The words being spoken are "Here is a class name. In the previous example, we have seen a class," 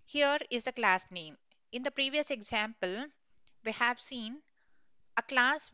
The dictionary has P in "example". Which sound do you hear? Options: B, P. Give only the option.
P